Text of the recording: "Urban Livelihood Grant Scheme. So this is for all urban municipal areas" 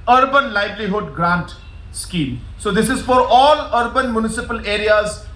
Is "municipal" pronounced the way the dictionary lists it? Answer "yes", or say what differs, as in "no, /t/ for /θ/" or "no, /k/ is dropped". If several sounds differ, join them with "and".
yes